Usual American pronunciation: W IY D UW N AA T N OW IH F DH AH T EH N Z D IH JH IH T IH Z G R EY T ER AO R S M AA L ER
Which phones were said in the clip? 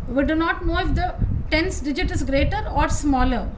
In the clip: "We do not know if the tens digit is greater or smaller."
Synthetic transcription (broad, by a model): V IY D UW N AA T N OW IH F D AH T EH N S D IH JH IH T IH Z G R EY T ER AO R S M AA L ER